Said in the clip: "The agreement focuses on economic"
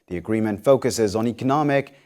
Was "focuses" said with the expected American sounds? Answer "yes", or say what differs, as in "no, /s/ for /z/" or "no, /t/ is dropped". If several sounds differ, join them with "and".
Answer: yes